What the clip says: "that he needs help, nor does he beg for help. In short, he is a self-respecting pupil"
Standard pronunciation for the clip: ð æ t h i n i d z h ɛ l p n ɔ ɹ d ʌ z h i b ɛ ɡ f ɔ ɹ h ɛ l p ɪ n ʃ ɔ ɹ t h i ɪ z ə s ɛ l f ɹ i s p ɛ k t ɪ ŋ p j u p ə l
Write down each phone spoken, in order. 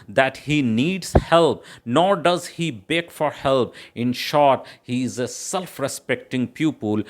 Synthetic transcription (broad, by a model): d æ t h i n i d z h ɛ l p n ɔ ɹ d ʌ z h i b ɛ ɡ f ɔ ɹ h ɛ l p ɪ n ʃ ɔ ɹ t h i ɪ z ə s ɛ l f ɹ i s p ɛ k t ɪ ŋ p j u p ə l